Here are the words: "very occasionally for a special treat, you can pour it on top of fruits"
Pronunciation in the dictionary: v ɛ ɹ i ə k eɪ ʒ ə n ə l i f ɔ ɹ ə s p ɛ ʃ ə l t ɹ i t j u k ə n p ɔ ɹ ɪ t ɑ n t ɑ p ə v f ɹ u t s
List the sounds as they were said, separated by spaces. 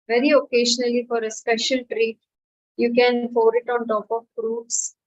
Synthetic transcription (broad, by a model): v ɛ ɹ i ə k eɪ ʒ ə n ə l i f ɔ ɹ ə s p ɛ ʃ ə l t ɹ i t j u k ə n f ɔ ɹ ɪ t ɑ n t ɑ p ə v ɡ ɹ u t s